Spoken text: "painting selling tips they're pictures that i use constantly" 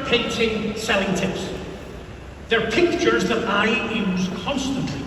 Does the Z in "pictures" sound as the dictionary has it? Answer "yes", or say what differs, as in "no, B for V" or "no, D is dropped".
yes